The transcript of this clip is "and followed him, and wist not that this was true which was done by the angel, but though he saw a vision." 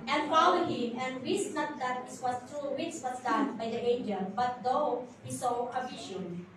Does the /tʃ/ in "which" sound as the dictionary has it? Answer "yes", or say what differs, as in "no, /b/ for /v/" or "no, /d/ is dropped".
no, /s/ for /tʃ/